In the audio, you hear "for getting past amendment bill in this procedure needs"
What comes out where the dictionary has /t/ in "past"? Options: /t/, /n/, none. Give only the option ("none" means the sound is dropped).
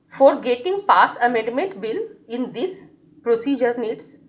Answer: none